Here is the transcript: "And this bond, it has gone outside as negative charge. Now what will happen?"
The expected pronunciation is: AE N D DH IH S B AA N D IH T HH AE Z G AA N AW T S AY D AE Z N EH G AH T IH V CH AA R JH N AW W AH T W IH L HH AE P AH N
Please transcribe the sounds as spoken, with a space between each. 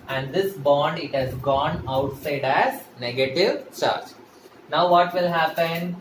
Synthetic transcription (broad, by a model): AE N D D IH S B AA N D IH T HH AE Z G AA N AW T S AY D AE Z N EH G AH T IH V CH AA R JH N AW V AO T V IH L HH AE P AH N